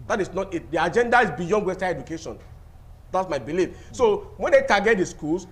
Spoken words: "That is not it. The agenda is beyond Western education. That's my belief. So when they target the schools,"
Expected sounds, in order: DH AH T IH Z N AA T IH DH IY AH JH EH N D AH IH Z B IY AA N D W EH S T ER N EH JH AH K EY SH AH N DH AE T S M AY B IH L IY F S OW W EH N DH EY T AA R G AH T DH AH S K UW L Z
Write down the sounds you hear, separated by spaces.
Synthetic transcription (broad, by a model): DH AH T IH S N AA T IH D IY AH JH EH N D AH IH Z B IY AA N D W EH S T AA EH JH AH K EY SH AH N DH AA T S M AY B IH L IY F S OW W EH N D EY T AA G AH T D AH S K UW L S